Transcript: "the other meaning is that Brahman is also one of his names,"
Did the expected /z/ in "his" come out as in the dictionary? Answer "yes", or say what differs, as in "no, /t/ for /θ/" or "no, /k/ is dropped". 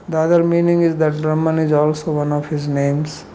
yes